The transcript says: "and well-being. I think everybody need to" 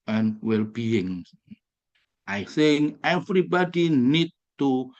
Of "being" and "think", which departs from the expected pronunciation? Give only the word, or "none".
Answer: think